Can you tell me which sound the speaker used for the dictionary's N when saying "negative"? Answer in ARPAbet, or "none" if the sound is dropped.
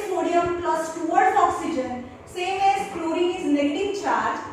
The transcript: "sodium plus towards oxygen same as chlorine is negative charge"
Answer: L